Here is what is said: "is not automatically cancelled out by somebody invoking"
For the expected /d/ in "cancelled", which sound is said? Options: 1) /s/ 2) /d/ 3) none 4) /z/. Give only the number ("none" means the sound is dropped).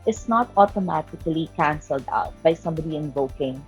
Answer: 2